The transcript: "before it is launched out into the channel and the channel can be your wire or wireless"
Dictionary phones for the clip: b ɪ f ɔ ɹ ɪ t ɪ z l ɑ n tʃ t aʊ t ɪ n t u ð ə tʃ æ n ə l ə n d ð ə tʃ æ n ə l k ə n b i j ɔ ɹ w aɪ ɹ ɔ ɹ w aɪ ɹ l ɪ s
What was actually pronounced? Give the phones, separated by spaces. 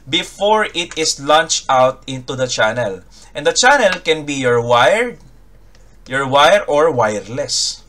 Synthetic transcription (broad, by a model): b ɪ f ɔ ɹ ɪ t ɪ s l ɑ n tʃ t aʊ t ɪ n t u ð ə tʃ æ n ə l ə n d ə tʃ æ n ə l k ə n b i j ɔ ɹ w aɪ ɹ ɔ ɹ w aɪ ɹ l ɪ s